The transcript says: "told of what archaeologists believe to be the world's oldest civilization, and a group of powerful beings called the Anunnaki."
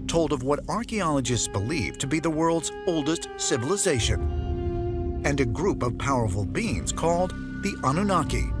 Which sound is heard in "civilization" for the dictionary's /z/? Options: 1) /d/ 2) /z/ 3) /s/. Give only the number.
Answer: 2